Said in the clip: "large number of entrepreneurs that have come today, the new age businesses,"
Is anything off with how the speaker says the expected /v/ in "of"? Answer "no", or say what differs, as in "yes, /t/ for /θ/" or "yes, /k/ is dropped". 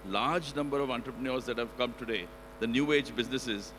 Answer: no